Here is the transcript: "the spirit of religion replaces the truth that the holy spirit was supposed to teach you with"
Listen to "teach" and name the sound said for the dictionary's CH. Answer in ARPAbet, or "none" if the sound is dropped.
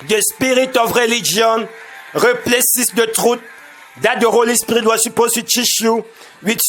SH